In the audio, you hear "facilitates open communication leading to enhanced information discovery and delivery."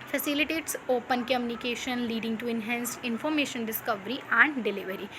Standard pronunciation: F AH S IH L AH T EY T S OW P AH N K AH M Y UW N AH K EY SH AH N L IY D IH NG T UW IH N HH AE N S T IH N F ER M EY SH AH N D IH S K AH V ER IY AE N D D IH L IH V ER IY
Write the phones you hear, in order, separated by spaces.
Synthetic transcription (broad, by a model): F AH S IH L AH T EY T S OW P AH N K AH M Y UW N AH K EY SH AH N L IY D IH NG T UW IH N HH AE N S IH N F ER M EY SH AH N D IH S K AH V ER IY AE N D D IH L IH V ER IY